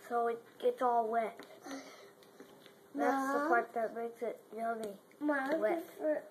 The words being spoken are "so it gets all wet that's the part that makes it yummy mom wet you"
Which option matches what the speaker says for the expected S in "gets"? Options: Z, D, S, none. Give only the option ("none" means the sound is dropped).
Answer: none